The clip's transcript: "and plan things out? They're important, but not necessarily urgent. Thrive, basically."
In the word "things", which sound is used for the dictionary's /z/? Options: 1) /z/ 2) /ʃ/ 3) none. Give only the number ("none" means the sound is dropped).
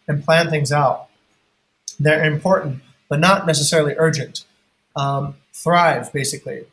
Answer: 1